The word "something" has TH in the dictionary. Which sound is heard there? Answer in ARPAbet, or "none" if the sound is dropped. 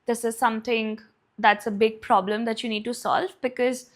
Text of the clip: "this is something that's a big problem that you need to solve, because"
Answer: T